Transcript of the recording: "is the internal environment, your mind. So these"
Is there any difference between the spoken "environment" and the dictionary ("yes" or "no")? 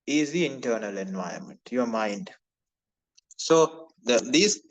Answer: yes